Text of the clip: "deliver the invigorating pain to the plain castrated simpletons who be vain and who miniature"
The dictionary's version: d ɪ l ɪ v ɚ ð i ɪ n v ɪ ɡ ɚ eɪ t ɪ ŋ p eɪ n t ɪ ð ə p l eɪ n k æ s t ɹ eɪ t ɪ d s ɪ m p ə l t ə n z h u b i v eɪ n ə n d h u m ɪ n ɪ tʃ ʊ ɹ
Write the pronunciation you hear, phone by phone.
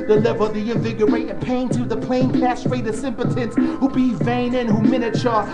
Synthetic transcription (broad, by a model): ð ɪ l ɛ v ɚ ð i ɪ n v ɪ ɡ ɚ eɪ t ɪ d p eɪ n t ɪ ð ə p l eɪ n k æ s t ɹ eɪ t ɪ s ɪ m p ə t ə n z h u b i v eɪ n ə n h u m ɪ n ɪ tʃ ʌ ɹ